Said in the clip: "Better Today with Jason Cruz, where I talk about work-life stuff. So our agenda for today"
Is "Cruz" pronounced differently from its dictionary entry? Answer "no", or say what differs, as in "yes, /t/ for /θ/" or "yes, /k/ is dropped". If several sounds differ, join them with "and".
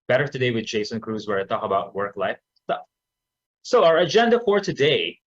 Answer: no